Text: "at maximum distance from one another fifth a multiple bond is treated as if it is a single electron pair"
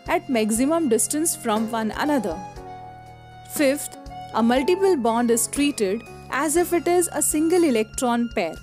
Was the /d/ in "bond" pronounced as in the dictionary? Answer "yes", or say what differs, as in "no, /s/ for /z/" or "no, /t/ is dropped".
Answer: yes